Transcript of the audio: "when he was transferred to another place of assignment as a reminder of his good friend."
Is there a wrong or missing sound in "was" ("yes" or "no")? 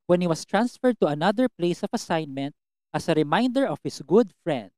yes